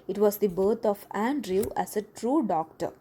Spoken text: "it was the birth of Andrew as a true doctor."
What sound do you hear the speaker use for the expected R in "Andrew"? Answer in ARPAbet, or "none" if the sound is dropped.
R